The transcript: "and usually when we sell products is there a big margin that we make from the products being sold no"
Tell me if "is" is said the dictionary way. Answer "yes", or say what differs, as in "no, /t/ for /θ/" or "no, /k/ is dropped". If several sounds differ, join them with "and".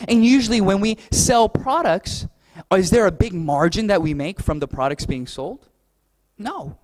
yes